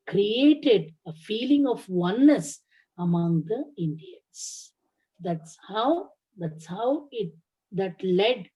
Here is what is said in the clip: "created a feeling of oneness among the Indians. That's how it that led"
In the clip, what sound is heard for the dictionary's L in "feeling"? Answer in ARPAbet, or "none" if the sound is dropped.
L